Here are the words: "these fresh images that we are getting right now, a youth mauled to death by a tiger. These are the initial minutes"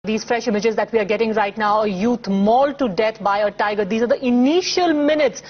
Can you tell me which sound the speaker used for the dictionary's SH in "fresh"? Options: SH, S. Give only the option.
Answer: SH